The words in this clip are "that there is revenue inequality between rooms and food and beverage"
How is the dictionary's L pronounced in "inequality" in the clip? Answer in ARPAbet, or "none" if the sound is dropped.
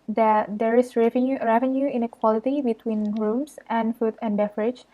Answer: L